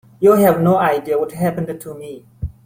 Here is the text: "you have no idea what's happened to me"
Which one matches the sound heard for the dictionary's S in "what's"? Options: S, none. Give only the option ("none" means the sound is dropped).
none